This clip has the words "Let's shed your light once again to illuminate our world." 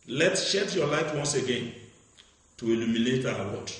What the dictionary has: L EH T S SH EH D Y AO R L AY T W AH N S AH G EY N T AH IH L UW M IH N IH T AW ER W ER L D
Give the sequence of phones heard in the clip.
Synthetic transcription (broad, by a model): L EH T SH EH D Y AO L AY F W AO N S AH G EY N T AH IH L UW M IH N IH T AW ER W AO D